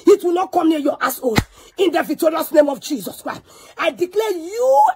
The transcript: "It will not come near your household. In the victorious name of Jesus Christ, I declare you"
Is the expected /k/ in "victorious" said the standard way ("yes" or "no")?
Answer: no